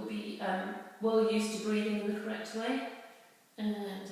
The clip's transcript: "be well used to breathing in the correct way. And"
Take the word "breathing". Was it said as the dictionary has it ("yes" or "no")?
yes